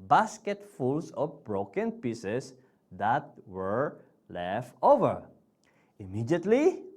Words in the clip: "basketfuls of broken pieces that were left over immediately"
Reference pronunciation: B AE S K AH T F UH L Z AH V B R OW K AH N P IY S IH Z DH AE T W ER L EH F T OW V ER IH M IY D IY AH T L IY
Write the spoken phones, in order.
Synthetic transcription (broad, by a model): B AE S K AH T F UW L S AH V B R OW K AH N P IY S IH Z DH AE T W ER L EH F T OW V ER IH M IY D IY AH T L IY